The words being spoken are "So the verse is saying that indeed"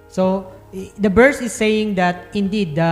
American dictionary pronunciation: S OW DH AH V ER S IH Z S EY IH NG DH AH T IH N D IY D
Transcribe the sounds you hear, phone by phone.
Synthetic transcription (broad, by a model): S OW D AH B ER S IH S EY IH NG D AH T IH N D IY D